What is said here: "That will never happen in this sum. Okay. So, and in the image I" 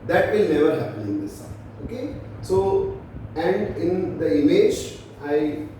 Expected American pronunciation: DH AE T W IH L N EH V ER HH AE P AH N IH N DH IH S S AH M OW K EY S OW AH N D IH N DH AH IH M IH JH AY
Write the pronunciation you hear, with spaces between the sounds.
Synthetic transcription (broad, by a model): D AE T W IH L N EH V ER HH AE P AH N IH N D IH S S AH OW K EY S OW AH N D IH N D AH IH M IH JH AY